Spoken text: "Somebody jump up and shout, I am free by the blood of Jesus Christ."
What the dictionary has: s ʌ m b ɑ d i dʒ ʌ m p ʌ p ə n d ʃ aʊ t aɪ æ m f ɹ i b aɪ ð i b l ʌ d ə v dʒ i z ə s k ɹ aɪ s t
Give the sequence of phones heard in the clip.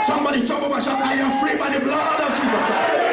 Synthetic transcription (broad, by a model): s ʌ m b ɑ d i tʃ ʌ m b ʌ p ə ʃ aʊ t aɪ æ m f ɹ i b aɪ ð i b l ʌ d ə v dʒ i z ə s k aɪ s